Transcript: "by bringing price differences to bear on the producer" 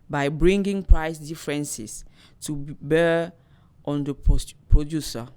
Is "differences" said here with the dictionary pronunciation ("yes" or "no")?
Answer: no